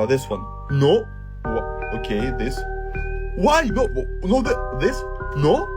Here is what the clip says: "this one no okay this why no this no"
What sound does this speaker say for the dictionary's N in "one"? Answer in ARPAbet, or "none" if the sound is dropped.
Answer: N